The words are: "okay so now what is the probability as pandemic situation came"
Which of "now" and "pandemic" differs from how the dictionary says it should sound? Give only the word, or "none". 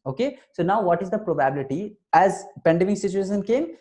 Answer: none